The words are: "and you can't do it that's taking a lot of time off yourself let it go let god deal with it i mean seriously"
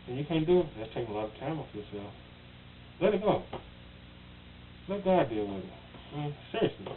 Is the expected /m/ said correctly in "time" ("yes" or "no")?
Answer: yes